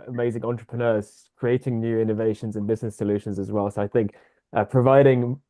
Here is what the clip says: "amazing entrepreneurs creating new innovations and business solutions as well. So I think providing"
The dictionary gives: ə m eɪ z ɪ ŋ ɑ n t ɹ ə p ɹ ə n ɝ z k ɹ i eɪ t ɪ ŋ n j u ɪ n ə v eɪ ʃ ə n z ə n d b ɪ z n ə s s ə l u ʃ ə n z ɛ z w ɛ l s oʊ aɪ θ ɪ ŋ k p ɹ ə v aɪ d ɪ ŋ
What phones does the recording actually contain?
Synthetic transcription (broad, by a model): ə m eɪ z ɪ ŋ ɑ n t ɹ ə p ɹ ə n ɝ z k ɹ i eɪ t ɪ ŋ n j u ɪ n ə v eɪ ʃ ə n z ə n b ɪ z n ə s s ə l u ʃ ə n z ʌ z w ɛ l s oʊ aɪ θ ɪ ŋ k p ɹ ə v aɪ d ɪ ŋ